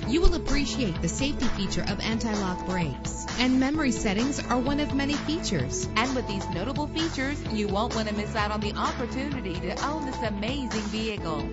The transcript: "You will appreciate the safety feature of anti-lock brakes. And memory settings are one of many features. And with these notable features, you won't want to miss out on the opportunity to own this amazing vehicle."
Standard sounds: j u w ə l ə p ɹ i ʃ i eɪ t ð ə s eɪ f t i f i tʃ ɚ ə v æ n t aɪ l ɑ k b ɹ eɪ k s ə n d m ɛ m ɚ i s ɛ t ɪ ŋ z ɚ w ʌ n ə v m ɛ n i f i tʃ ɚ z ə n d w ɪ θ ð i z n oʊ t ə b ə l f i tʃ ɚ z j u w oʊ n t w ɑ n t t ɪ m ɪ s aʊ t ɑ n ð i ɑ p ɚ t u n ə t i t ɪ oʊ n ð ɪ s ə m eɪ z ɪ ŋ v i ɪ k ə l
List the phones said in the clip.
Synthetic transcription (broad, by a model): j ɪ w ə l ə p ɹ i ʃ i eɪ t ð ə s eɪ f t i f i tʃ ɚ ə v æ n t aɪ l ɑ k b ɹ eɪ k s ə n m ɛ m ɚ i s ɛ t ɪ ŋ z ɚ w ʌ n ə v m ɛ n i f i tʃ ɚ z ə n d w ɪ ð i z n oʊ t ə b l f i tʃ ɚ z j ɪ w oʊ n t w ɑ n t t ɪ m ɪ s aʊ t n ð i ɑ p ɚ t u n ə t i t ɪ oʊ n ð ɪ s ə m eɪ z ɪ ŋ v i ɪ k l